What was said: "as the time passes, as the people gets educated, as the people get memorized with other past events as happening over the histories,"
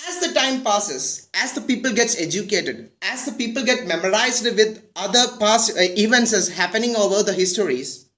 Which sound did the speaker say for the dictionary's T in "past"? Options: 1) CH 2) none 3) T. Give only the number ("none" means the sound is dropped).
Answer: 2